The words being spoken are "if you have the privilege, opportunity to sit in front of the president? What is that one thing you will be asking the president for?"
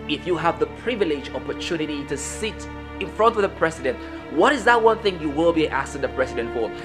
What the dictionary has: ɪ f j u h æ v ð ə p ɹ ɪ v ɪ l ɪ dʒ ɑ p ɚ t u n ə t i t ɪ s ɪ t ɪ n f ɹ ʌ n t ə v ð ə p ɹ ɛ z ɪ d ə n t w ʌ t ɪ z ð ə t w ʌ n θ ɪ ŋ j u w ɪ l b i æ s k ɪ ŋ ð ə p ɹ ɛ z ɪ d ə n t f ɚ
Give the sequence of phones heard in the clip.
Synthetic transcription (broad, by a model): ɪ f j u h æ v ð ə p ɹ ɪ v ɪ l ɪ dʒ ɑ p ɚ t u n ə t i t ɪ s ɪ t ɪ n f ɹ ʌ n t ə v ð ə p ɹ ɛ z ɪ d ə n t w ʌ t ɪ z ð ə t w ʌ n θ ɪ ŋ j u w ɪ l b i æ s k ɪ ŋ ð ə p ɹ ɛ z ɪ d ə n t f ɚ